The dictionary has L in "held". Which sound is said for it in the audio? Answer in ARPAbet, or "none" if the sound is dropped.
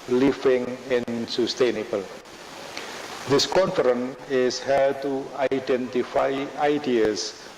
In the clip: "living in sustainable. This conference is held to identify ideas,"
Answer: none